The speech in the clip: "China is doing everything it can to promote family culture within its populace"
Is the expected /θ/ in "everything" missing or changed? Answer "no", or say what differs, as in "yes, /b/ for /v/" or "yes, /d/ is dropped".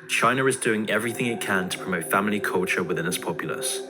no